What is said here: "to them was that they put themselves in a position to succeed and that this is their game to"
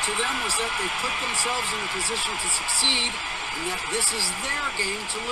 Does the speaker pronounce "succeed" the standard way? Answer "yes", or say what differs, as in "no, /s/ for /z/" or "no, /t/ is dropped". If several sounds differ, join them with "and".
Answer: yes